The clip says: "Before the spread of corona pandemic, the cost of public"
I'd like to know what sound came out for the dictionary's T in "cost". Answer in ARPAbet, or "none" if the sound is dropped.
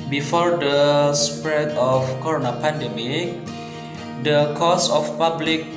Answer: none